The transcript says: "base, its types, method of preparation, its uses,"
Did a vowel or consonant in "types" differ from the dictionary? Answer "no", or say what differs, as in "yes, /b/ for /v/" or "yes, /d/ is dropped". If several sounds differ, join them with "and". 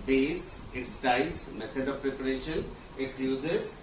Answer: yes, /p/ is dropped